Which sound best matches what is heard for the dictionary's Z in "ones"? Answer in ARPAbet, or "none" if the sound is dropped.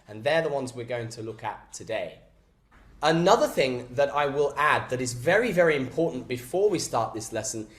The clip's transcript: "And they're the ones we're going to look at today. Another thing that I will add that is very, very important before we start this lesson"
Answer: Z